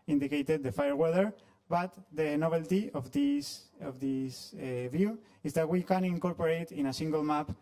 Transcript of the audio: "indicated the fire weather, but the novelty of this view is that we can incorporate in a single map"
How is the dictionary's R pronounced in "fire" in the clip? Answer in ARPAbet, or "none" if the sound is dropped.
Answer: R